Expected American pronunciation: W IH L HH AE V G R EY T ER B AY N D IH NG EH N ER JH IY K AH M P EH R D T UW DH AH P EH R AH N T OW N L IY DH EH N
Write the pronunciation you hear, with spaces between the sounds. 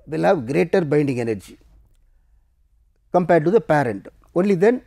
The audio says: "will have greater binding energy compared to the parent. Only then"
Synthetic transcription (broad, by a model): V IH L HH AE V G R EY T ER B AY N D IH NG EH N ER JH IY K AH M P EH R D T UW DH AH P EH R AH N T OW N L IY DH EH N